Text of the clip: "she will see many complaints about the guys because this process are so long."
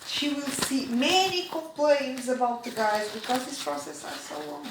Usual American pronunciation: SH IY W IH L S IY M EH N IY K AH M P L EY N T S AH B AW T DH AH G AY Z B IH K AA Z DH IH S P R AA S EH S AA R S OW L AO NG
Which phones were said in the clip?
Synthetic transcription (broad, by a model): SH IY W IH L S IY M EH N IY K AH M P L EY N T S AH B AW T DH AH G AY Z B IH K AA Z DH IH S P R AA S EH S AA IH S OW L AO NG